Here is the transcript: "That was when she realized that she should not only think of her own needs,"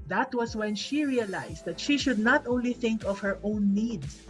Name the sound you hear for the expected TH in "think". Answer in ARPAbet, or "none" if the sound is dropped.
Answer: TH